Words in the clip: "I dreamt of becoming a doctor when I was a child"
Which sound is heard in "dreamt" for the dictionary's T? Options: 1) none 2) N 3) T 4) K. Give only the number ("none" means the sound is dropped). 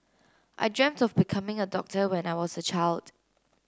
3